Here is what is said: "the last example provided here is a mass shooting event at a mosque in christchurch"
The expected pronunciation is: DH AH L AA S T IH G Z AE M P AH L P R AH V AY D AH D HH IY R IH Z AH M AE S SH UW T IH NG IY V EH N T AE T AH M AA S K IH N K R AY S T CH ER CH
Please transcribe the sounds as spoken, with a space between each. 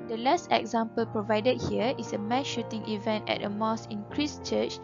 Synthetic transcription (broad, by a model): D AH L AA S T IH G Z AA M P AH L P R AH V AY D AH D HH IY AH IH S AH M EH SH UW T IH NG IY V EH N T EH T AH M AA S IH N K R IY S CH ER CH